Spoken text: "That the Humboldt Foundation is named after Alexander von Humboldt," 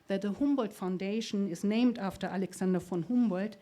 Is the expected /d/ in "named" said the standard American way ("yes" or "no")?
yes